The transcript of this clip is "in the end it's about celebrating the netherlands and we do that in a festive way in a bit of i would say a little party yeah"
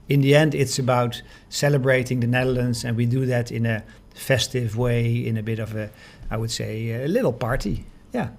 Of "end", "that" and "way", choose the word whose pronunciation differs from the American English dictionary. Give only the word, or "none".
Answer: none